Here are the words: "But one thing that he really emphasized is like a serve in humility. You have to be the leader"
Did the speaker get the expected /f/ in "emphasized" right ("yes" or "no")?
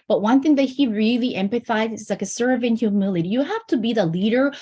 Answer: no